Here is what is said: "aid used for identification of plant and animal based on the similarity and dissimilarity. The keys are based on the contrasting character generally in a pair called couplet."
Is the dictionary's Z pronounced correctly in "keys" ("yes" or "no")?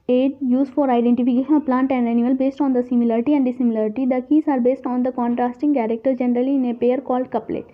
no